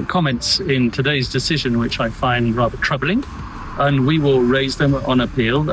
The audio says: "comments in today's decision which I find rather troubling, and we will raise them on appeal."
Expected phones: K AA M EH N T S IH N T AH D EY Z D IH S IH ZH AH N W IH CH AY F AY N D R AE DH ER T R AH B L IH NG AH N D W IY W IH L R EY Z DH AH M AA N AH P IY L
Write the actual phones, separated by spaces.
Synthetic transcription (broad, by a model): K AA M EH N T S IH N T AH D EY Z D IH S IH ZH AH N W IH CH AY F AY N D R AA DH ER T R AH B L IH NG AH N W IY W IH L R EY Z DH AH M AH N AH P IY L